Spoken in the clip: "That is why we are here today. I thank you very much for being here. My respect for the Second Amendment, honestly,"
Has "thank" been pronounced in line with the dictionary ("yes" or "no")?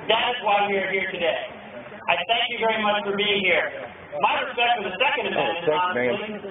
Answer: yes